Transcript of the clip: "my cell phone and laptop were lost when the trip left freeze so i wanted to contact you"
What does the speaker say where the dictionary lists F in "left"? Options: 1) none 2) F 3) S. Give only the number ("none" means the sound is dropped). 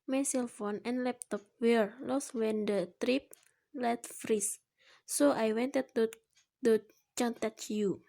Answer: 1